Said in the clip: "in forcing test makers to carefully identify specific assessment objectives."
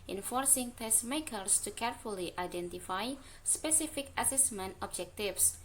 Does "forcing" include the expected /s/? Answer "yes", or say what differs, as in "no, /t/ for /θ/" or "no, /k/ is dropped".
yes